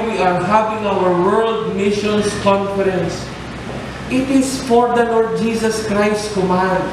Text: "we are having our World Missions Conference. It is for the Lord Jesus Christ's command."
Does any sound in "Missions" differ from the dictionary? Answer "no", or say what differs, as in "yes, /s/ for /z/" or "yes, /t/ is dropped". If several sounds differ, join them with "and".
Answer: yes, /s/ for /z/